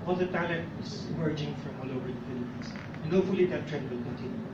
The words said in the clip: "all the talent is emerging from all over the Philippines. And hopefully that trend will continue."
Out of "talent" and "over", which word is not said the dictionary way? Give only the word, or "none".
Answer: none